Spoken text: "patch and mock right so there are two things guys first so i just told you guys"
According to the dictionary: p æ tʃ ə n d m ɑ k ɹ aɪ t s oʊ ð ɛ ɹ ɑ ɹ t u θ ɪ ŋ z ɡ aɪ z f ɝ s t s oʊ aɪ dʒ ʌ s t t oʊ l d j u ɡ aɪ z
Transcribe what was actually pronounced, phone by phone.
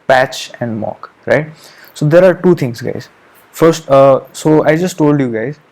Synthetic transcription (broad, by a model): p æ tʃ ə n d m ɑ k ɹ aɪ t s oʊ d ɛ ɹ ɑ ɹ t u t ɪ ŋ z ɡ aɪ z f ɝ s t s oʊ aɪ dʒ ʌ s t t oʊ l d j u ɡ aɪ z